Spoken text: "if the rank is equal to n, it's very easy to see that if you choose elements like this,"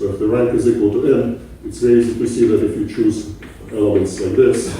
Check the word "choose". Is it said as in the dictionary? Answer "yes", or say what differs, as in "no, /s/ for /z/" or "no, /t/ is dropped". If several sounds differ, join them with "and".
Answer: yes